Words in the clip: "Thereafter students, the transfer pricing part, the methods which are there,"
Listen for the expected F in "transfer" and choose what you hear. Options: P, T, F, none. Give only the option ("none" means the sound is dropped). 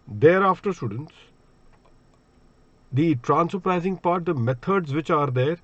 none